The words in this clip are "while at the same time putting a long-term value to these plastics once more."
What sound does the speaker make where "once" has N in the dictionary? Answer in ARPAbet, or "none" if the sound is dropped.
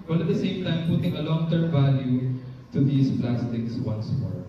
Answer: N